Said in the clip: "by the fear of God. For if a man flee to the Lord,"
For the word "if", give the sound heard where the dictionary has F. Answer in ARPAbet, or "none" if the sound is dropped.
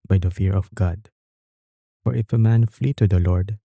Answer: F